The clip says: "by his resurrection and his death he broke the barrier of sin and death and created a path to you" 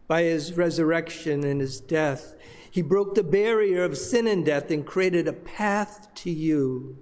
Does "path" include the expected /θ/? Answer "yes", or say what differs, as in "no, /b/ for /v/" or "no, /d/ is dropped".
yes